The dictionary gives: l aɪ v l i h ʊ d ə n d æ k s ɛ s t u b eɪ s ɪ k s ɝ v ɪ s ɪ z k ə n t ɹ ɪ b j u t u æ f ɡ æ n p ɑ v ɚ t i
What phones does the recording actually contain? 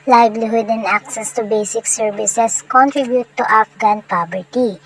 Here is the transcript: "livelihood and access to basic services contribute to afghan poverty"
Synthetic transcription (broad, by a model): l aɪ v l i h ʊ d ə n d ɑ k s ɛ s t u b eɪ s ɪ k s ɝ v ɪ s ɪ s k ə n t ɹ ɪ b j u t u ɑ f ɡ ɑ n p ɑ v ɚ t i